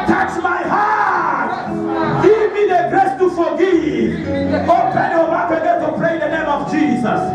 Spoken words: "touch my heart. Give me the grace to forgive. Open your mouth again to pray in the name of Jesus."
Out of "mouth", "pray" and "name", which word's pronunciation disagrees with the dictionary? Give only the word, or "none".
mouth